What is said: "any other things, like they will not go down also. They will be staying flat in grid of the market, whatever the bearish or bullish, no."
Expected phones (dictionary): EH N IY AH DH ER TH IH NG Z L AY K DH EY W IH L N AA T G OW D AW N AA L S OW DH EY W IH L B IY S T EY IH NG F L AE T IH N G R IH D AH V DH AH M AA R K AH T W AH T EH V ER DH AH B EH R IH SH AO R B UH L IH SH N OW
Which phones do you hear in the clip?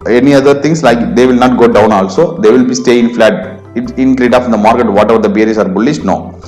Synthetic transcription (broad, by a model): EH N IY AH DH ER T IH NG S L AY K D EY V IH L N AA T G OW D AW N AA L S OW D EY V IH L B IY S T EY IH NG F L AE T IH N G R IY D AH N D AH M AA R K AH T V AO T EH V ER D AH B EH R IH S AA R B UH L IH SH N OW